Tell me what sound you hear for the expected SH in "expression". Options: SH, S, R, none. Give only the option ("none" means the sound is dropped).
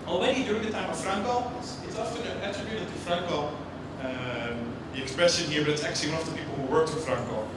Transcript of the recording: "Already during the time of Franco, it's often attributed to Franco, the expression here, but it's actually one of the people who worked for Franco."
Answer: S